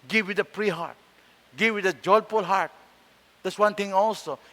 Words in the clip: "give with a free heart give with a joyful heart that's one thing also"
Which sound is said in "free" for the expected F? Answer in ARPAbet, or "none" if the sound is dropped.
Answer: P